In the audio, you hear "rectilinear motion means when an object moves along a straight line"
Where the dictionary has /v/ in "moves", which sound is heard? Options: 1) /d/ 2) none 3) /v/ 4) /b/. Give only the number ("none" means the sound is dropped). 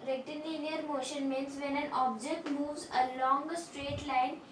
3